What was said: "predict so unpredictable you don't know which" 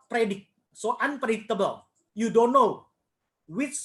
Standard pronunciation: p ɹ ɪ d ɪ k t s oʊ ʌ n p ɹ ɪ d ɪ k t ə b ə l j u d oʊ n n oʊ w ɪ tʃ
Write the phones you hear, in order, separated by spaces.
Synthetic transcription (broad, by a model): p ɹ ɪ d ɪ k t s oʊ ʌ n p ɹ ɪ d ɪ t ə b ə l j u d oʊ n n oʊ w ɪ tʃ